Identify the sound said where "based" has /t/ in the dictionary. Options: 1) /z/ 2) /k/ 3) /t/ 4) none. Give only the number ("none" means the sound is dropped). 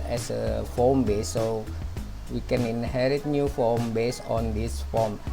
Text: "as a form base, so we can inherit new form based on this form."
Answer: 4